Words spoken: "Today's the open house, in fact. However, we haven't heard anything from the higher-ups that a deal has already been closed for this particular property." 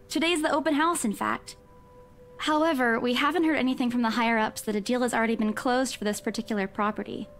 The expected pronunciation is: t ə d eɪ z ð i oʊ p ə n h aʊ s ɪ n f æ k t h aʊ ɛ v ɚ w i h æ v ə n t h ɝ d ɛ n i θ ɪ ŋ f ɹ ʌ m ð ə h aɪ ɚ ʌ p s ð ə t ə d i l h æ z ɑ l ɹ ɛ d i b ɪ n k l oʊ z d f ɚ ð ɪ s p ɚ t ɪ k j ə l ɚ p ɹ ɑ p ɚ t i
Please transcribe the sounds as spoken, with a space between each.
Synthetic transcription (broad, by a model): t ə d eɪ z ð i oʊ p ə n h aʊ s ɪ n f æ k t h aʊ ɛ v ɚ w i h æ v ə n t h ɝ d ɛ n i θ ɪ ŋ f ɹ ʌ m ð ə h aɪ ɚ ʌ p s ð ə t ə d i l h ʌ z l ɹ ɛ d i b ɪ n k l oʊ z d f ɚ ð ɪ s p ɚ t ɪ k j l ɚ p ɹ ɑ p ɚ t i